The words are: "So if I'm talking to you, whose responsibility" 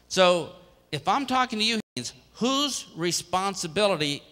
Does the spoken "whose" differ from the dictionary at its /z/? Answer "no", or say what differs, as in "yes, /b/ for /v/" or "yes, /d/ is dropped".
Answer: no